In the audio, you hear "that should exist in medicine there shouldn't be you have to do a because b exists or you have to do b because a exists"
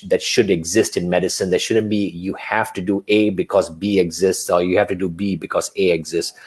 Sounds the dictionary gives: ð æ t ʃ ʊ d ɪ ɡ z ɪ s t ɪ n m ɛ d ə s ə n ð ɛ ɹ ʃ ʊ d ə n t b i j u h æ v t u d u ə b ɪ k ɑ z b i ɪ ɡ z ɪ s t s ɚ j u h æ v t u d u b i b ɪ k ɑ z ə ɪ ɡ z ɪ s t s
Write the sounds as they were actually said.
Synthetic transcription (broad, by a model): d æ t ʃ ʊ d ɪ ɡ z ɪ s t ɪ n m ɛ d ə s ə n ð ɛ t ʃ ʊ d ə n t b i j u h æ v t u d u ə b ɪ k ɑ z b i ɪ ɡ z ɪ s t s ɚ j u h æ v t u d u b i b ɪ k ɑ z ə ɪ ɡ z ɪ s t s